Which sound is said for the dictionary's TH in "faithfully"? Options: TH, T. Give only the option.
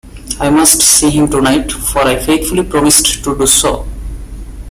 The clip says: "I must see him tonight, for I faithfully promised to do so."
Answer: T